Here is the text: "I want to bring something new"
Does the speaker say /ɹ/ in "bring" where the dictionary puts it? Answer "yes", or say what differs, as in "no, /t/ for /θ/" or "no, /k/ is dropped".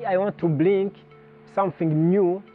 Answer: no, /l/ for /ɹ/